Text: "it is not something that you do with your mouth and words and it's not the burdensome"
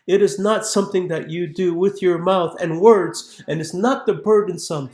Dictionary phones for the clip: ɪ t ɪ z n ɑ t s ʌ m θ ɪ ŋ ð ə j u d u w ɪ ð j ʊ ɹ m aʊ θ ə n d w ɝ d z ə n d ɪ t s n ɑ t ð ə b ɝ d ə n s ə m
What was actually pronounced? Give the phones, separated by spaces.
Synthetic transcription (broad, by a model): ɪ t ɪ z n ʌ t s ʌ m θ ɪ ŋ ð ə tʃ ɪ d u w ɪ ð j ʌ ɹ m aʊ θ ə n w ɝ d z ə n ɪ t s n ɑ t ð ə b ɝ d n s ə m